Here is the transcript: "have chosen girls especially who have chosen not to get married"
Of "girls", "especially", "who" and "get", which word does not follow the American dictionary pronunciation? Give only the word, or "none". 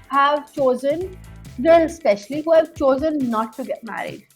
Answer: girls